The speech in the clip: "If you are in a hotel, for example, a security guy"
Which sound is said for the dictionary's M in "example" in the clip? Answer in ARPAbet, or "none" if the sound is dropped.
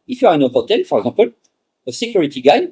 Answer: none